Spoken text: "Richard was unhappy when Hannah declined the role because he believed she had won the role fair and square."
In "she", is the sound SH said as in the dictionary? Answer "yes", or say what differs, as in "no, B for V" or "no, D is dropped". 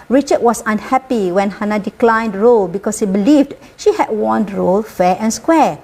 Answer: yes